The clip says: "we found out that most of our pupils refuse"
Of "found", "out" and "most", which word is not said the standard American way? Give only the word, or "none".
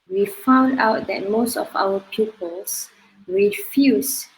none